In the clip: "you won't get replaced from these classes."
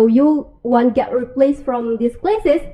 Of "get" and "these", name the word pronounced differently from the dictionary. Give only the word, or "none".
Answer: these